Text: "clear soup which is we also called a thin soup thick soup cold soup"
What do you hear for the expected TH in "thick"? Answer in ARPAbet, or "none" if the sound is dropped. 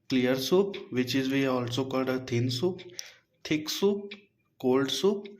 T